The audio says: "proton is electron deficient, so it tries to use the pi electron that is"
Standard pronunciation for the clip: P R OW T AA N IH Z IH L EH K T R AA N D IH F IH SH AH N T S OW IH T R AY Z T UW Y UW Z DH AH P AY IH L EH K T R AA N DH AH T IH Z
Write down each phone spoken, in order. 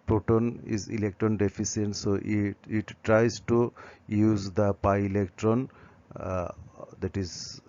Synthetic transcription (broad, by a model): P R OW T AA N IH Z IH L EH K T R AA N D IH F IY S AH N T S OW IH T R AY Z T UW Y UW Z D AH P AY IH L EH K T R AA N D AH T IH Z